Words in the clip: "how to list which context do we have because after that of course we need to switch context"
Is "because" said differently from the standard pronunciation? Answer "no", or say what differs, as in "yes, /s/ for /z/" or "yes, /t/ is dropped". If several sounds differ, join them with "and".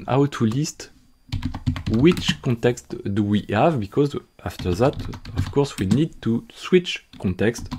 no